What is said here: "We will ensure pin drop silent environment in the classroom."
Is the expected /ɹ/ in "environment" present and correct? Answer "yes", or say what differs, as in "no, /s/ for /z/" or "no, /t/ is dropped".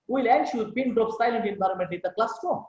yes